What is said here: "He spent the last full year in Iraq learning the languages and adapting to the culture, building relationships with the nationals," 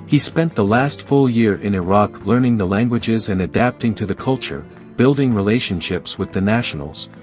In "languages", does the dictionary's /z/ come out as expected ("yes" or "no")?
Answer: yes